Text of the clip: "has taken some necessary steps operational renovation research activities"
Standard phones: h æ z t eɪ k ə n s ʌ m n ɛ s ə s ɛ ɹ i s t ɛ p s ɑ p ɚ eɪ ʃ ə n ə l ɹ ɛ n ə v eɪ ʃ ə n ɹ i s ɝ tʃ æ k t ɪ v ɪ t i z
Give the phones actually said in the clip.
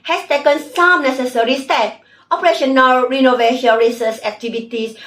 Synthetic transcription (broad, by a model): h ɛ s t eɪ k ə n s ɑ m n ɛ s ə s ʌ ɹ i s t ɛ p ɑ p ɚ eɪ ʃ ə n ə l ɹ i n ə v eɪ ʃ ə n ɹ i s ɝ s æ k t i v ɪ t i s